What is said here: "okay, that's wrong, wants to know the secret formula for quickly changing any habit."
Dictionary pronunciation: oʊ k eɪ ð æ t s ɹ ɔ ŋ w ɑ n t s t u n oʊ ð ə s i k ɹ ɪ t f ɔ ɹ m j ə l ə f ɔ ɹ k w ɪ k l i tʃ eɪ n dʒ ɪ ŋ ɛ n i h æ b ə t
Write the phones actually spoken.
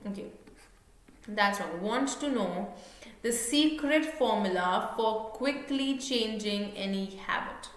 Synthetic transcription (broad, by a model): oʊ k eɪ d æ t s w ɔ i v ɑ n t t u n oʊ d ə s i k ɹ ɪ t f ɔ ɹ m j ə l ə f ɔ ɹ k w ɪ k l i tʃ eɪ n dʒ ɪ ŋ ɛ n i h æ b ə t